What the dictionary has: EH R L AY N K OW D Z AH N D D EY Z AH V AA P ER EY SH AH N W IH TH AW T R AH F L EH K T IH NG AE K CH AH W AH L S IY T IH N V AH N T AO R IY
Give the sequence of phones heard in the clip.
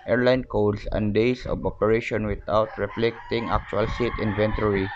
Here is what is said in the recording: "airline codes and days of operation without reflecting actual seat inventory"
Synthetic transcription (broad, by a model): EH R L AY N K OW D S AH N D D EY S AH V AA P ER EY SH AH N W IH T AW T R AH F L EH K T IH NG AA K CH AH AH L S IY T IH N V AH N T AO R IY